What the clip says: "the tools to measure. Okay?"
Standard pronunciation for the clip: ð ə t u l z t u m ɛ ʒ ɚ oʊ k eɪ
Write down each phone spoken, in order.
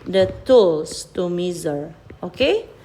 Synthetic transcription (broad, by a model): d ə t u l s t u m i z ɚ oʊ k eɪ